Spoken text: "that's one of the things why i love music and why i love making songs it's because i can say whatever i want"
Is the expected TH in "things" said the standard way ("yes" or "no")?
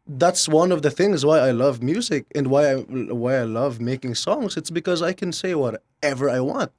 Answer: yes